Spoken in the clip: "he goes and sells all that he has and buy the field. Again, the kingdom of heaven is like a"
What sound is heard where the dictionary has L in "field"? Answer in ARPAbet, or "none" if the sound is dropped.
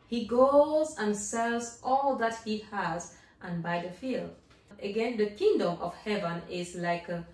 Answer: L